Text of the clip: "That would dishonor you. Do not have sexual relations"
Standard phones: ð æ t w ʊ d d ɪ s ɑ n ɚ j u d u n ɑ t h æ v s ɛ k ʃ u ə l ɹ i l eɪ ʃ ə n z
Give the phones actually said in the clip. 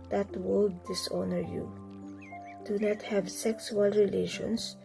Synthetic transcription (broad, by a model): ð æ t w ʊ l d ɪ s ɑ n ɚ j u d u n ɑ t h æ v s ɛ k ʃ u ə l ɹ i l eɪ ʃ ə n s